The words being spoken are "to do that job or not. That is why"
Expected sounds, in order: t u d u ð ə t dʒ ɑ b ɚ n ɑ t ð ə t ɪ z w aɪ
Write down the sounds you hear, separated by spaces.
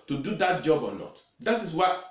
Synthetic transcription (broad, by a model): t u d u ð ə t dʒ ɑ b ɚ l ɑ t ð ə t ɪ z w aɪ